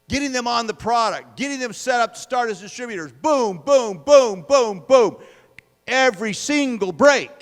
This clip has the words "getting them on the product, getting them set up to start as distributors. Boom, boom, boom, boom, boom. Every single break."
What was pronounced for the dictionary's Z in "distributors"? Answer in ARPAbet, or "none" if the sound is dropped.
Z